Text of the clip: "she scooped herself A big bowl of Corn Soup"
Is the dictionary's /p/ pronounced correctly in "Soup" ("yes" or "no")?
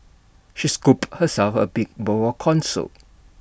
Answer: no